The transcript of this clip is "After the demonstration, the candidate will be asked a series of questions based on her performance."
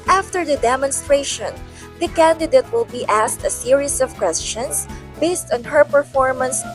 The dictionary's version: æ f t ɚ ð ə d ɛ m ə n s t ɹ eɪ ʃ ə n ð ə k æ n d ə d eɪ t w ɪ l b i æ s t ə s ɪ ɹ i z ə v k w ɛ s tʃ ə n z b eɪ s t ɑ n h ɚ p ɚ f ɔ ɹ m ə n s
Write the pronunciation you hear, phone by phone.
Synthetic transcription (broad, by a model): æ f t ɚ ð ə d ɛ m ə n s t ɹ eɪ ʃ ə n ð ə k æ n d ə d eɪ t w ɪ l b i æ s t ə s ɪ ɹ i s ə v k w ɛ s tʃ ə n s b eɪ s t ɑ n h ɚ p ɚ f ɔ ɹ m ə n s